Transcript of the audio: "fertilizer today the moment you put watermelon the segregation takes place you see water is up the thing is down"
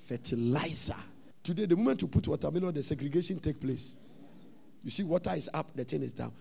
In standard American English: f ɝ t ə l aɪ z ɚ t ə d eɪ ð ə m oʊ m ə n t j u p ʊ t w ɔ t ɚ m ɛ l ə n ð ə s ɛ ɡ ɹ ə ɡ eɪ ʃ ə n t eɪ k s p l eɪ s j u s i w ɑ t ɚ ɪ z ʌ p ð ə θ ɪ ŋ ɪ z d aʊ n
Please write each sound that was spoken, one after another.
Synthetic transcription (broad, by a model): f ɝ t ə l aɪ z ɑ t ə d eɪ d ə m oʊ m ə n t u p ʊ t w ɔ t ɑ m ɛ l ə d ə s ɛ ɡ ɹ ə ɡ eɪ ʃ ə n t eɪ k p l eɪ s j u s i w ɑ t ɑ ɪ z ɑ p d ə t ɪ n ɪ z d aʊ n